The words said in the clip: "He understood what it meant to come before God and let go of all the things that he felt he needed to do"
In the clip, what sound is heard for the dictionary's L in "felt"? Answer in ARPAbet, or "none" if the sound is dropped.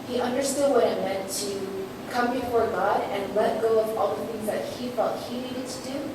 none